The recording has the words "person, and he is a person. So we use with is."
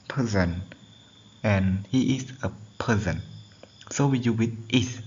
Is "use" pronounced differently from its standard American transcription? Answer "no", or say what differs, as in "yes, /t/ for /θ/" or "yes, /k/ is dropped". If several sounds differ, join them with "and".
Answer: yes, /s/ is dropped